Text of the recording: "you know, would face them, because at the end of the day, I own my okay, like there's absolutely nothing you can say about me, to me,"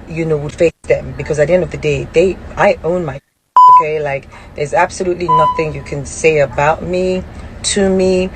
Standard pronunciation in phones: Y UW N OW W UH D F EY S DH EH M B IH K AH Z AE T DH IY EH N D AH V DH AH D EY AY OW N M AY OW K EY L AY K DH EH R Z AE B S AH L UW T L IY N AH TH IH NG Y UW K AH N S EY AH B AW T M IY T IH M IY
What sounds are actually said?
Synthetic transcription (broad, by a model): Y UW N OW W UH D F EY S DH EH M B IH K AH Z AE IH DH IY EH N D AH V DH AH D EY AY OW N M AY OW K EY L AY K DH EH R Z AE B S AH L UW T L IY N AH TH IH NG Y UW K AH N S EY AH B AW T M IY T IH M IY